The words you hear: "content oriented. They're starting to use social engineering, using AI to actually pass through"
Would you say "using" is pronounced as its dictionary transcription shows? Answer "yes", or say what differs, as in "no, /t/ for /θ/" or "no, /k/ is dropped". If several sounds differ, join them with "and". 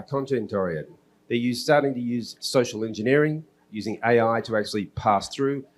yes